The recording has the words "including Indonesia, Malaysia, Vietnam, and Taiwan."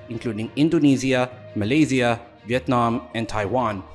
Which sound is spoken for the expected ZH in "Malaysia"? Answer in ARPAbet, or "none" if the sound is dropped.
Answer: Z